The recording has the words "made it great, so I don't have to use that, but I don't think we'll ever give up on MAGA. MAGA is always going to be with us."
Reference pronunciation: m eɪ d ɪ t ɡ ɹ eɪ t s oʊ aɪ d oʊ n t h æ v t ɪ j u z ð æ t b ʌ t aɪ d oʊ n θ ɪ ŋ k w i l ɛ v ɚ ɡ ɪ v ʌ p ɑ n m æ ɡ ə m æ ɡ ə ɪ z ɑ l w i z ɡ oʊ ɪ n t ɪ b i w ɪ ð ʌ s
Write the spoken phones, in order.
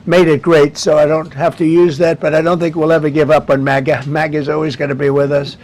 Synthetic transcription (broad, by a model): m eɪ d ɪ t ɡ ɹ eɪ t s oʊ aɪ d oʊ n t h æ f t ɪ j u z ð æ t b ʌ t aɪ d oʊ n θ ɪ ŋ k w i l ɛ v ɚ ɡ ɪ v ʌ p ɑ n m æ ɡ ə m æ ɡ ə ɪ z ɑ l w i z ɡ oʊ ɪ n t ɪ b i w ɪ ð ʌ s